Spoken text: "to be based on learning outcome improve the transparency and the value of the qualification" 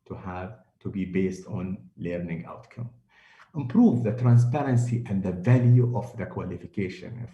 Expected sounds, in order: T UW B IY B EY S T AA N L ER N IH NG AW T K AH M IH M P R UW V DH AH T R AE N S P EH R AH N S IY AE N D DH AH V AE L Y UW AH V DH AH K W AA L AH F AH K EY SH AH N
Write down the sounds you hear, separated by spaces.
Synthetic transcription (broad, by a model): T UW B IY B EY S T AA N L ER N IH NG AW T K AH M IH M P R UW V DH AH T R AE N S P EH R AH N S IY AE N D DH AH V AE L Y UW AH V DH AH K W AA L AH F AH K EY SH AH N